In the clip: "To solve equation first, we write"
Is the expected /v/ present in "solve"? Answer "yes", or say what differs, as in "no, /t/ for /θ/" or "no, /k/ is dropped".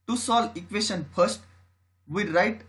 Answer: no, /v/ is dropped